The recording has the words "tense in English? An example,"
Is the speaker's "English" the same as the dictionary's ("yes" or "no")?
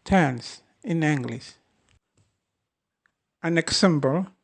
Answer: no